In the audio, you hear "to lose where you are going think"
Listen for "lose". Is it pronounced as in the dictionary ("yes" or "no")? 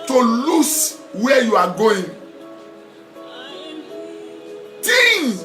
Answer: no